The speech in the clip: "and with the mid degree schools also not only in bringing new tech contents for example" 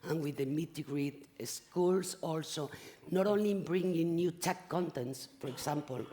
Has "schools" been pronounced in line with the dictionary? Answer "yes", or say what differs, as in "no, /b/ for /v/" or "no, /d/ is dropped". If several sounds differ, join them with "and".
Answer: no, /s/ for /z/